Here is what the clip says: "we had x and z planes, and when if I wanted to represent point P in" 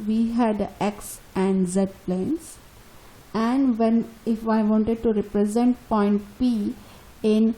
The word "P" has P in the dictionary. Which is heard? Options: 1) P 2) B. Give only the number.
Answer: 1